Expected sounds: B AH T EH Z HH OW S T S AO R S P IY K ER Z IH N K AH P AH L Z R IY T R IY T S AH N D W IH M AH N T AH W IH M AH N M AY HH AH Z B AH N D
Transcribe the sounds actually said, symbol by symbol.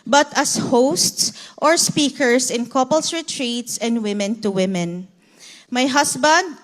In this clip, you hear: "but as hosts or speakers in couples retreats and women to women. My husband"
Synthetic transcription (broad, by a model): B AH T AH S HH OW S T S AO R S P IY K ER S IH N K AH P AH L S R IY T R IY T S AH N D W IH M AH N T AH W IH M AH N M AY HH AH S B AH N D